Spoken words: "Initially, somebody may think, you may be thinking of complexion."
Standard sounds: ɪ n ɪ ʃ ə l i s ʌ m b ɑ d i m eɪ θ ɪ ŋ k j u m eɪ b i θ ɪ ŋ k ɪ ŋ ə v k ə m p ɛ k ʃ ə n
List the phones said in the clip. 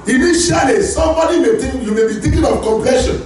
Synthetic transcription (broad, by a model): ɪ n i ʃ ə l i s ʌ m b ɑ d i m eɪ t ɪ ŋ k j u m eɪ b i t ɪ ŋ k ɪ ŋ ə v k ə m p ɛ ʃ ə n